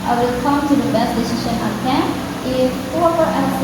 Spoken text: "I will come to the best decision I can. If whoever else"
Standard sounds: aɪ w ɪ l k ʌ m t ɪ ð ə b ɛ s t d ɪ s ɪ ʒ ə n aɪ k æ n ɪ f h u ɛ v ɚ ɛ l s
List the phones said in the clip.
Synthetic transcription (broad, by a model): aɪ w ɪ l k ʌ m t ɪ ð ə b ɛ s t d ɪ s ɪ ʃ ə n aɪ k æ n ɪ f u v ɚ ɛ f